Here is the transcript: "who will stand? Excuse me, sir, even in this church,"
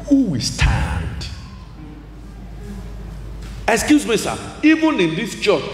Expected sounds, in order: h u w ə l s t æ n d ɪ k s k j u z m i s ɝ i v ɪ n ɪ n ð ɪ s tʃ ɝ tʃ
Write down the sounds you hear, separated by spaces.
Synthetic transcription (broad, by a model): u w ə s t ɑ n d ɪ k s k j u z m i s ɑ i b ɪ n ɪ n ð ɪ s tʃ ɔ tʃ